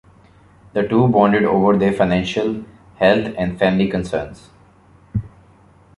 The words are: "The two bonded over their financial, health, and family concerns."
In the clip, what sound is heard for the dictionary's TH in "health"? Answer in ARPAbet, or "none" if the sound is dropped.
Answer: T